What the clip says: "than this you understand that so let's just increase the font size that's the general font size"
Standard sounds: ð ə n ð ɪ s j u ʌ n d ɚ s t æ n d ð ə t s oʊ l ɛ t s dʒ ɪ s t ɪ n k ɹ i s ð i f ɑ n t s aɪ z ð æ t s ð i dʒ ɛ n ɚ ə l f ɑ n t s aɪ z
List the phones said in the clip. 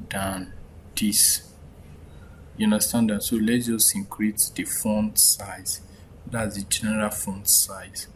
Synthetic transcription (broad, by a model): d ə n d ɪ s j u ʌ n d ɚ s t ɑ n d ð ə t s oʊ l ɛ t dʒ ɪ s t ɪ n k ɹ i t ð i f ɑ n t s aɪ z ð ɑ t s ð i dʒ ɛ n ɚ ə l f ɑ n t s aɪ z